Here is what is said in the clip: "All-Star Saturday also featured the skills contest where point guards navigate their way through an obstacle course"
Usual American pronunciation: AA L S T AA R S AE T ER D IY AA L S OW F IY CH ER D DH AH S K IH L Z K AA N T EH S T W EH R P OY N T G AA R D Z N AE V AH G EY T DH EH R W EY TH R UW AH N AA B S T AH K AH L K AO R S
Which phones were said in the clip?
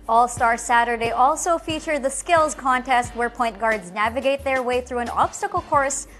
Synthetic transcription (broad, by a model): AA L S T AA R S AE T ER D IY AA L S OW F IY CH ER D DH AH S K IH L Z K AA N T EH S T W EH R P OY N T G AA R D Z N AE V AH G EY T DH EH R W EY TH R UW AH N AA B S T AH K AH L K AO R S